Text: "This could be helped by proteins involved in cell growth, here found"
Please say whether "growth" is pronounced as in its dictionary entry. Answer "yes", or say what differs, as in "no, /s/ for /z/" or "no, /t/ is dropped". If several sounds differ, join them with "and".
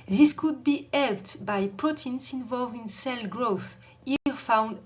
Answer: yes